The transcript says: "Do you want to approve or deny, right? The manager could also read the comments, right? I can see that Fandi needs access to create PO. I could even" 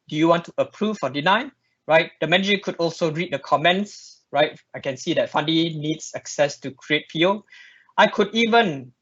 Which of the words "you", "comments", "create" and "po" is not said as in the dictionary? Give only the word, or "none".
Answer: po